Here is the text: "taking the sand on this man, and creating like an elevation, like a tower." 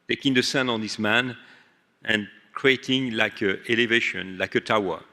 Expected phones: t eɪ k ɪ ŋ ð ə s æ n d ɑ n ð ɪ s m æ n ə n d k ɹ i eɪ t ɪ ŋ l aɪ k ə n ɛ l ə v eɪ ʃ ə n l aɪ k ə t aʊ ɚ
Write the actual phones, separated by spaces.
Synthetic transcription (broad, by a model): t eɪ k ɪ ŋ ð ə s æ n ɑ n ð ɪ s m æ n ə n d k ɹ i eɪ t ɪ ŋ l aɪ k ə ɛ l ə v eɪ ʃ ə n l aɪ k ə t aʊ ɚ